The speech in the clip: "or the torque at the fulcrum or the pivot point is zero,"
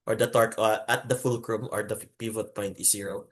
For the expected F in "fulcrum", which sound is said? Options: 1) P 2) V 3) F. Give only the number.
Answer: 3